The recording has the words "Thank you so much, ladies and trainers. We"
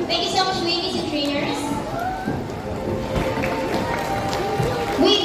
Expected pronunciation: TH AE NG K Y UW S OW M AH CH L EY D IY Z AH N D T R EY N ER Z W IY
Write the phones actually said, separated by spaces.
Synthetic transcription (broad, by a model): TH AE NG K Y UW S OW M AH CH W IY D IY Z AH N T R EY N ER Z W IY